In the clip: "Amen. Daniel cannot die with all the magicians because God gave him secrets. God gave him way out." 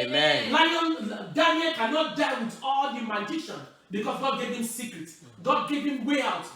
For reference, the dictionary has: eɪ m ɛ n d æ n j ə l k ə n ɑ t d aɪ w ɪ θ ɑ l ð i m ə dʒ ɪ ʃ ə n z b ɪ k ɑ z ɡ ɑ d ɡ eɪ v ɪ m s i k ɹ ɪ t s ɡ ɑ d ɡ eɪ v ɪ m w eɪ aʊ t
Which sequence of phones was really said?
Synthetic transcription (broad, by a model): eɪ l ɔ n d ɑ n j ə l k ə n ɑ t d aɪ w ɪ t ɑ l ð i m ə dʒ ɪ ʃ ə n b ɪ k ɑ s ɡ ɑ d ɡ eɪ v ɪ m s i k ɹ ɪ t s ɡ ɑ d ɡ eɪ v ɪ m w eɪ aʊ t